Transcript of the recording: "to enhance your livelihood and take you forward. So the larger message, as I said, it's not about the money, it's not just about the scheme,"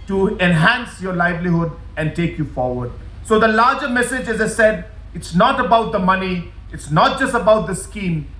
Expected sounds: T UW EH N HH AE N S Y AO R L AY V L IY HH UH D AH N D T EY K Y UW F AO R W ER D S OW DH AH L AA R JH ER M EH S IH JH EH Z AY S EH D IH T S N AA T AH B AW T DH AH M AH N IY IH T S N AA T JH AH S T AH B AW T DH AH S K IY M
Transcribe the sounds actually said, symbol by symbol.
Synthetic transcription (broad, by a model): T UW EH N HH AE N S Y AO R L AY V L IY HH UH D AH N D T EY K Y UW F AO R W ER D S OW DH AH L AA R JH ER M EH S IH JH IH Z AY S EH D IH T S N AA T AH B AW T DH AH M AH N IY IH T S N AA T JH AH S T AH B AW T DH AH S K IY M